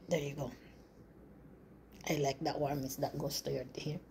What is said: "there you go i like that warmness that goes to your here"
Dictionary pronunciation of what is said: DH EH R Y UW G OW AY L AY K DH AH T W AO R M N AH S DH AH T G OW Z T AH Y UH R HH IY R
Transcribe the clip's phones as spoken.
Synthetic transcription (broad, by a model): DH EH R Y UW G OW AY L AY K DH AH T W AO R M AH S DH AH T G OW S T AH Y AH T HH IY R